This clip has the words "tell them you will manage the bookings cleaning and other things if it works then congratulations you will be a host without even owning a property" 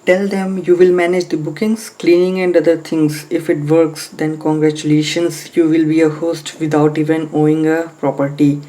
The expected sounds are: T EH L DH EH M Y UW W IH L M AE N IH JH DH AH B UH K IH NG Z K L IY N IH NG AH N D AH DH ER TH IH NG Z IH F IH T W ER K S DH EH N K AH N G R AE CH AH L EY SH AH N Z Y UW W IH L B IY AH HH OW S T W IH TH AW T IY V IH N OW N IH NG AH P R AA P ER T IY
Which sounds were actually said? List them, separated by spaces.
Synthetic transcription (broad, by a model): T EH L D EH M Y UW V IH L M AE N IH JH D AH B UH K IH NG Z K L IY N IH NG AH N D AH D ER T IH NG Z IH F IH T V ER K S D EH N K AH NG G R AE CH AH L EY SH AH N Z Y UW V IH L B IY AH HH OW S T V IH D AW T IY V IH N OW IH NG AH P R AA P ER T IY